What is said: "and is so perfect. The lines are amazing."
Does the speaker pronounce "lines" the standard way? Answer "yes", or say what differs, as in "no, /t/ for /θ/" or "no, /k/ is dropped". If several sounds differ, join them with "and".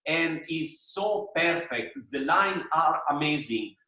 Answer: no, /z/ is dropped